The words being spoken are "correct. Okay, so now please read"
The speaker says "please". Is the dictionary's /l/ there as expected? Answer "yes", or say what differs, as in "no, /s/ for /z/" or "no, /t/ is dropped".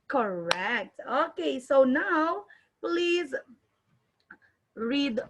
yes